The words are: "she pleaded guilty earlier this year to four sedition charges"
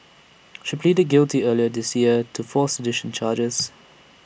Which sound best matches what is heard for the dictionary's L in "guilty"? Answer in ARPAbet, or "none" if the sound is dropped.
L